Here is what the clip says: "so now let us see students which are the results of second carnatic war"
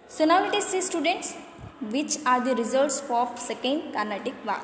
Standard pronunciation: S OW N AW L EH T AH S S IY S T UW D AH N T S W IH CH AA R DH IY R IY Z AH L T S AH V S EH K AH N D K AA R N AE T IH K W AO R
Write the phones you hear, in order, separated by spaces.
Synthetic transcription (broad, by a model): S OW N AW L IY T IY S S IY S T UW D AH N T S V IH CH AA R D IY R IY Z AH L T S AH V S EH K AH N D K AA R N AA T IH K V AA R